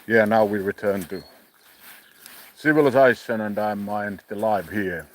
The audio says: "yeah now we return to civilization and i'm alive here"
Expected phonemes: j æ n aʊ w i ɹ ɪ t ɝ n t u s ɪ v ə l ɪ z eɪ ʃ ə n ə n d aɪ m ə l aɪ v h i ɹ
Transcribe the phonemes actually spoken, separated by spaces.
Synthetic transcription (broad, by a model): j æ n aʊ w i ɹ ɪ t ɝ n t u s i w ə l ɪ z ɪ s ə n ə n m aɪ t ə l aɪ v h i ɹ